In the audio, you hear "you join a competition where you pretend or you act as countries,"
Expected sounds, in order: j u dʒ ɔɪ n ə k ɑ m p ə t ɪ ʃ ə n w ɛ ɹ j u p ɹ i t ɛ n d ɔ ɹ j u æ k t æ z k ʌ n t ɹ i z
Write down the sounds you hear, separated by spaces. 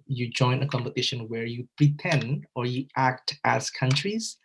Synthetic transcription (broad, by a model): j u dʒ ɔɪ n ə k ɑ m p ə t ɪ ʃ ə n w ɛ ɹ j u p ɹ i t ɛ n d ɔ ɹ j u æ k t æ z k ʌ n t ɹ i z